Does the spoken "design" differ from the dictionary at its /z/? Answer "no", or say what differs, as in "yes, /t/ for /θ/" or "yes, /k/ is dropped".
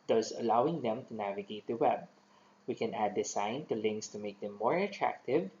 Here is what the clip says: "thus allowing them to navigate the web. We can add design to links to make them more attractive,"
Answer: yes, /s/ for /z/